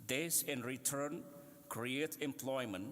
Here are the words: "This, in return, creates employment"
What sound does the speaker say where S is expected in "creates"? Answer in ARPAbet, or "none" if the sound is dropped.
none